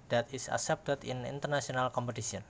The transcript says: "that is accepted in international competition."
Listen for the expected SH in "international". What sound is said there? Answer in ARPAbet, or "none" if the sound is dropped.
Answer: S